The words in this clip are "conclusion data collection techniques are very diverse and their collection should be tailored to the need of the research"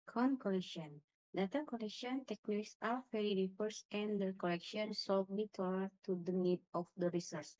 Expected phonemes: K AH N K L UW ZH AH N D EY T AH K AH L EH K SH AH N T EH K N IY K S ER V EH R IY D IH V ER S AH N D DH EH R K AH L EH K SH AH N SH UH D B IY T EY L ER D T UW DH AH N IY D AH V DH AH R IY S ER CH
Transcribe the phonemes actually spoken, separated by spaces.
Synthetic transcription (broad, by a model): K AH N K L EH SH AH N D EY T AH K AH L EH K SH AH N T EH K N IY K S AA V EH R IY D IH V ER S AH N D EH K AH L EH K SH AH N S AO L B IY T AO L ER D T UW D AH N IY D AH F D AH R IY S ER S